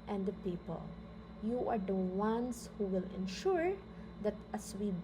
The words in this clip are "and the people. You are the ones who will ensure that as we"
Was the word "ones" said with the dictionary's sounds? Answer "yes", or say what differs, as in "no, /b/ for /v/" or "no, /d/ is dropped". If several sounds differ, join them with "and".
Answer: no, /s/ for /z/